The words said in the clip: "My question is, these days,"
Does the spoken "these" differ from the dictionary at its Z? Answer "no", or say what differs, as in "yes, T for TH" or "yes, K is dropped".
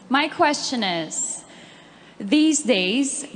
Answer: no